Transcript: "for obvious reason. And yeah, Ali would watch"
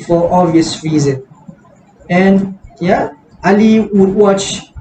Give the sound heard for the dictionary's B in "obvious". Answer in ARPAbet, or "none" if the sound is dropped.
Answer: none